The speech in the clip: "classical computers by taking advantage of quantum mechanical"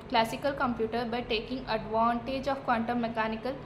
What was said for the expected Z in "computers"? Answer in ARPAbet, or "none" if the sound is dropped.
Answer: none